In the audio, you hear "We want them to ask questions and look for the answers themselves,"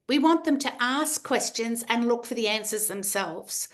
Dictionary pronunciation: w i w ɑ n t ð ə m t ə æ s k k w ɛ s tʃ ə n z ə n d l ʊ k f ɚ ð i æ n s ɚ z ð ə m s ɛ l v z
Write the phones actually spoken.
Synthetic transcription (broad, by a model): w i w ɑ n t ð ə m t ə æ s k k w ɛ s tʃ ə n z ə n l ʊ k f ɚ ð i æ n s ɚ z ð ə m s ɛ l v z